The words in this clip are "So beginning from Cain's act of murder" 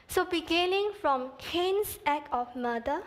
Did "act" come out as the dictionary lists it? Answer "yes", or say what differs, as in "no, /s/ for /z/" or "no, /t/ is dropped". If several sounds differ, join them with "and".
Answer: no, /t/ is dropped